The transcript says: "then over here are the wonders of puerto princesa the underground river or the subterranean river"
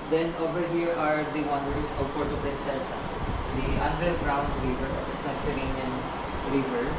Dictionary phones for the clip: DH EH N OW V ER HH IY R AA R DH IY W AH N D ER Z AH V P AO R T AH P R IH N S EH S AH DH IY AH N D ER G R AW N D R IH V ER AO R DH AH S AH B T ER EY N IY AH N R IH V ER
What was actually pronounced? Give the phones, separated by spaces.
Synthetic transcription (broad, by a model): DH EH N OW V ER HH IY R AA R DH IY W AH N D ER S AH V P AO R T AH P R IH N S EH S AH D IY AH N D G R AW N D R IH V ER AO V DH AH S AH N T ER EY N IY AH N R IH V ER